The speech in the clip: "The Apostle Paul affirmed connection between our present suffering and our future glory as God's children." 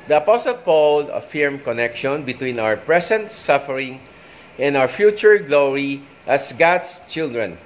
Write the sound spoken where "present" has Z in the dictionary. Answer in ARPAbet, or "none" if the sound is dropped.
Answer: S